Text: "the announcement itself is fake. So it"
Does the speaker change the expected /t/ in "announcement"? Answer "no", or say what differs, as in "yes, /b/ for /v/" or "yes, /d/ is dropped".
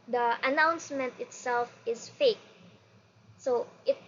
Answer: no